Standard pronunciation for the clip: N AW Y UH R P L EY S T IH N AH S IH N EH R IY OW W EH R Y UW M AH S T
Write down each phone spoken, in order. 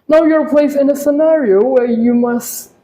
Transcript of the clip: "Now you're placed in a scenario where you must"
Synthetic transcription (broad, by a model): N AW Y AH R P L EY S IH N AH S IH N EH R IY OW W EH R Y UW M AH S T